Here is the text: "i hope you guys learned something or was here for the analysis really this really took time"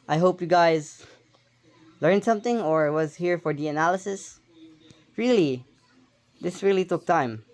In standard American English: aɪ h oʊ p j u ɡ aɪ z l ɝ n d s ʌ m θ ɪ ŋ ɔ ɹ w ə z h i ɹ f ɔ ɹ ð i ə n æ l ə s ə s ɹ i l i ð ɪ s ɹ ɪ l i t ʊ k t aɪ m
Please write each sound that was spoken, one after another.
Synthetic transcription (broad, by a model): aɪ h oʊ p j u ɡ aɪ z l ɝ n d s ʌ m θ ɪ ŋ ɔ ɹ w ə z h i ɹ f ɔ ɹ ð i ə n æ l ə s ə s ɹ i l i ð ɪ s ɹ ɪ l i t ʊ k t aɪ m